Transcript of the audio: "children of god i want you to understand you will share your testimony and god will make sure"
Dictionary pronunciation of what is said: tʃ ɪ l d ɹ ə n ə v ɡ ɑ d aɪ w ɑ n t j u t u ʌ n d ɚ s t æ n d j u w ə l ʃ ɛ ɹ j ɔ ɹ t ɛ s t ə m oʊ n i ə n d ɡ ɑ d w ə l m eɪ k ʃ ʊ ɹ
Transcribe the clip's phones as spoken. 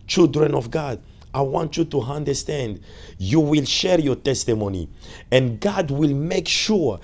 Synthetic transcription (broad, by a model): tʃ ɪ l d ɹ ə n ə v ɡ ɑ d aɪ w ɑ n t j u t u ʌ n d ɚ s t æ n d j u w ə l ʃ ɛ ɹ j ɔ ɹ t ɛ s t ə m oʊ n i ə n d ɡ ɑ d w ə l m eɪ k ʃ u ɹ